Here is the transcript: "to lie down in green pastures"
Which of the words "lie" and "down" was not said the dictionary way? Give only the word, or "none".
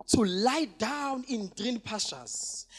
none